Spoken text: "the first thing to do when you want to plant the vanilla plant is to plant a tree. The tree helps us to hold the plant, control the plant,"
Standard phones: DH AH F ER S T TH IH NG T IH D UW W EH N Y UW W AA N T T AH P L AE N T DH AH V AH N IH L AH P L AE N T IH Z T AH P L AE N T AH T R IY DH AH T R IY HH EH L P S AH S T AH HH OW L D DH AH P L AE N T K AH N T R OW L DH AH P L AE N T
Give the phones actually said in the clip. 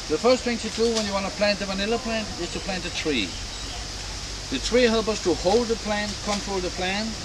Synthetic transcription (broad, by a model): DH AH F ER S T TH IH NG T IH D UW W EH N Y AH W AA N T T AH P L AE N T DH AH V AH N IH L AH P L AE N T IH Z T AH P L AE N T AH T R IY DH AH T R IY HH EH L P AH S T AH HH OW L D DH AH P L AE N K AH N T R OW L DH AH P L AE N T